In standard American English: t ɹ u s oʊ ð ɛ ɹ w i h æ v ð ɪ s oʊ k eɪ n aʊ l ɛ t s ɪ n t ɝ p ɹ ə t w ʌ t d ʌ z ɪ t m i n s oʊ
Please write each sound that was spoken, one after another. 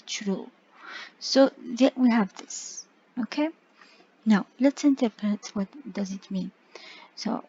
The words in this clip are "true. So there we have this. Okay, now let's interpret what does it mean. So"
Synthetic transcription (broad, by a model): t ɹ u s oʊ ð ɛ w i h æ v ð ɪ s oʊ k eɪ n aʊ l ɛ t s ɪ n t ɝ p ɹ ə t w ʌ t d ʌ z ɪ t m i n s oʊ